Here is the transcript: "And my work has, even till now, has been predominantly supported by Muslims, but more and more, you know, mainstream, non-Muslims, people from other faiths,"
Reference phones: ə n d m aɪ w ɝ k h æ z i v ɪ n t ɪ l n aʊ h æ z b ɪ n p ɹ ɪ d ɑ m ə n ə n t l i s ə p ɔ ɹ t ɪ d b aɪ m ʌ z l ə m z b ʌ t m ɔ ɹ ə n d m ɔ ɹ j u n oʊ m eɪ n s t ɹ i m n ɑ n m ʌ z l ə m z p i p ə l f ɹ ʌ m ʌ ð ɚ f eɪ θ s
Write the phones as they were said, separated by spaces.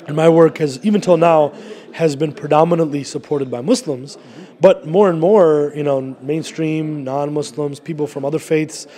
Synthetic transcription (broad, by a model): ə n m aɪ w ɝ k h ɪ z i v ɪ n t ɪ l n aʊ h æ z b ɪ n p ɹ ɪ d ɑ m ə n ə n t l i s ə p ɔ ɹ t ɪ d b aɪ m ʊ s l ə m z b ʌ t m ɔ ɹ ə n m ɔ ɹ j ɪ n oʊ m eɪ n s t ɹ i m n ɑ n m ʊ s l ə m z p i p l f ɹ ʌ m ʌ ð ɚ f eɪ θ s